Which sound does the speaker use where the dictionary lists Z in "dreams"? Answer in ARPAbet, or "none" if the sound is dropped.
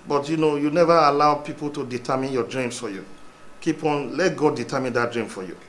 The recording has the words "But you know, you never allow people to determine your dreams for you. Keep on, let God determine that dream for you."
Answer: S